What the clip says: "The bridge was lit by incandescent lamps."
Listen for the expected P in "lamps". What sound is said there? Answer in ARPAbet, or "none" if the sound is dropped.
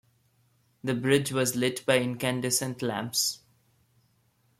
P